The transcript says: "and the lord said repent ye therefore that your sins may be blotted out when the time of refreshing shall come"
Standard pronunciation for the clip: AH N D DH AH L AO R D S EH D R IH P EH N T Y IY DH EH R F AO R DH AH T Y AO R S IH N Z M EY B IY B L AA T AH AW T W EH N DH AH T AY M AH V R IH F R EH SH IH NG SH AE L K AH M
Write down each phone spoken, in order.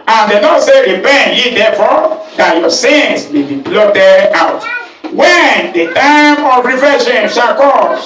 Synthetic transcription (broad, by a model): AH N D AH N AO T S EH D R IH P EH N T Y IY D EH F AO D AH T Y AO S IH N S M EY B IY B L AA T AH AW T W EH N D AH T AY M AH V R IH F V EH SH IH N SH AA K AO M